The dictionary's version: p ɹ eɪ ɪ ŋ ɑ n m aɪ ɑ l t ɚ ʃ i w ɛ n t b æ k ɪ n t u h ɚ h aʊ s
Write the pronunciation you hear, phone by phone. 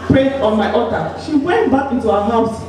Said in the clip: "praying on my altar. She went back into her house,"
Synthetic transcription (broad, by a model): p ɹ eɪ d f ɑ n m aɪ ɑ t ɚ ʃ i w ɛ n t b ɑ k ɪ n t u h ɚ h aʊ s